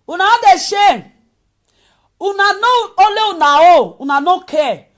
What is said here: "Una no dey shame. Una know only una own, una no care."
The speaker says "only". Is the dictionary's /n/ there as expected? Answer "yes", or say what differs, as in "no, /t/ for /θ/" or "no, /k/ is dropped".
no, /n/ is dropped